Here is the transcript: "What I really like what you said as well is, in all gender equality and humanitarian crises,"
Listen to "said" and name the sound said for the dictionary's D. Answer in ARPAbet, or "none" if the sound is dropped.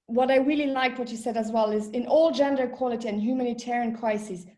D